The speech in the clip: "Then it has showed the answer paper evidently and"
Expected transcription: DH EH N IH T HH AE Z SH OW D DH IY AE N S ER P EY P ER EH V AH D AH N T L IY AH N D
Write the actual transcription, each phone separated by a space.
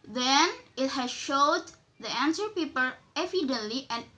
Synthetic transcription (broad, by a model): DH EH N IH T HH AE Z SH OW D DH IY AE N S ER P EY P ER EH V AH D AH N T L IY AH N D